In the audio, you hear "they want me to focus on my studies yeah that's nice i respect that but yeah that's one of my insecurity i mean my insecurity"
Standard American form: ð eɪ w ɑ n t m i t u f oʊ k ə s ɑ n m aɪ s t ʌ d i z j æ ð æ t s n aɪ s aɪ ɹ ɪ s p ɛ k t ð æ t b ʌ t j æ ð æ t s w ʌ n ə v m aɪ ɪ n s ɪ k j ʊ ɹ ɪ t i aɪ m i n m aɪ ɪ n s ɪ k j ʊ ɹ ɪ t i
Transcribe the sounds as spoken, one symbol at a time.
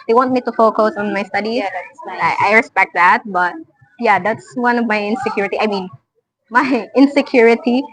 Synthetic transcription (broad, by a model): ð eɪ w ɑ n t m i t u f oʊ k ə s ɑ n m aɪ s t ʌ d i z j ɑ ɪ t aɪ aɪ ɹ ɪ s p ɛ k t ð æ t b ʌ t j æ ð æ t s w ʌ n ə v m aɪ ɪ n s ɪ k j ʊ ɹ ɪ t i aɪ m i n m aɪ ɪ n s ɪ k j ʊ ɹ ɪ t i